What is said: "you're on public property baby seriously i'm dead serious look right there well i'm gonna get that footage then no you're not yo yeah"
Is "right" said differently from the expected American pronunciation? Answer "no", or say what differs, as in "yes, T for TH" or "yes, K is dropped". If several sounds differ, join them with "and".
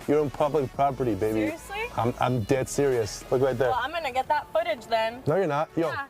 yes, L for R